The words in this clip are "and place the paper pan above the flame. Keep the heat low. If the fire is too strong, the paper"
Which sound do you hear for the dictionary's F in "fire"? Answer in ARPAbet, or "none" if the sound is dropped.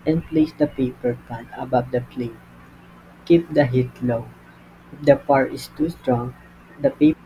P